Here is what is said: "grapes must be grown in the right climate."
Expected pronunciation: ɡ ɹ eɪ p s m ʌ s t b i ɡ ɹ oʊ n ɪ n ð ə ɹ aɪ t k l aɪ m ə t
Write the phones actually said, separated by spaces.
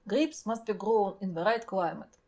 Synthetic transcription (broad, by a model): ɡ ɹ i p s m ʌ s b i ɡ ɹ oʊ n ɪ n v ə ɹ aɪ t k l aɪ m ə t